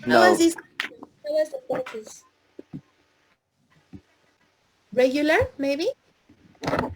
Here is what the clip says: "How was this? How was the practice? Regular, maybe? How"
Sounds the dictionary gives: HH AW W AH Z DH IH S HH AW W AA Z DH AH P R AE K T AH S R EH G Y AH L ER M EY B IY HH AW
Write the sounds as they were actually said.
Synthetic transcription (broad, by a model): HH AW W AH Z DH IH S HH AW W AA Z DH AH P AO T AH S R EH G Y AH L ER M EY B IY